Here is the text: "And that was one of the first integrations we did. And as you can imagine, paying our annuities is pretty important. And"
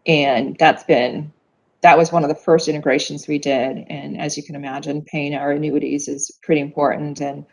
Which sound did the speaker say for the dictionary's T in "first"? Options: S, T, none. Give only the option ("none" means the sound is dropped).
T